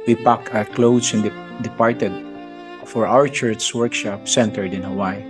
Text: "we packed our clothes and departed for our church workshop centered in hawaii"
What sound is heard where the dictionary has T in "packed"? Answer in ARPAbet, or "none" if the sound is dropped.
none